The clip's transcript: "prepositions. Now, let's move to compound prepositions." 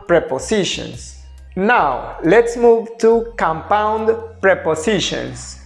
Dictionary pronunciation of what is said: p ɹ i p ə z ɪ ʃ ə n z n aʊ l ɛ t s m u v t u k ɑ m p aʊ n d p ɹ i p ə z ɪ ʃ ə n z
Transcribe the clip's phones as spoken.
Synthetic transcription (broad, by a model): p ɹ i p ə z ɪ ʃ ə n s n aʊ l ɛ t s m u v t u k ɑ m p aʊ n d p ɹ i p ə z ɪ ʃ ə n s